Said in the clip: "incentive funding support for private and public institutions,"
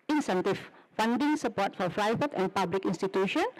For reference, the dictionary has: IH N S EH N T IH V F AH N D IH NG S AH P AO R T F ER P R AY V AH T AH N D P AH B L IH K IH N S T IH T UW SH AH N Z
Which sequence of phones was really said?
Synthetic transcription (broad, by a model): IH N S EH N T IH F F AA N D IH NG S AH P AO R T F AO F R AY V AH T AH N P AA B L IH K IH N S T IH T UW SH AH N